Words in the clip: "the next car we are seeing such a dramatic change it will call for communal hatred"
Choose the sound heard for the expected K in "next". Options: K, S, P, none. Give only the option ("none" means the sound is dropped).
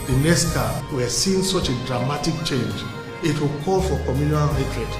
none